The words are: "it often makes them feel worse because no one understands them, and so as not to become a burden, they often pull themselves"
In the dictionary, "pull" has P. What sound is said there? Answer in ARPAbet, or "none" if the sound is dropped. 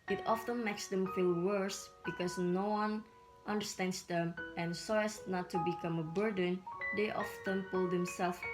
P